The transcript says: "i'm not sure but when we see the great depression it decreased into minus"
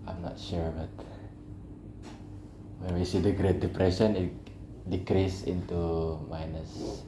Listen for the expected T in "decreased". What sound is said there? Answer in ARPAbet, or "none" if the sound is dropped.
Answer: none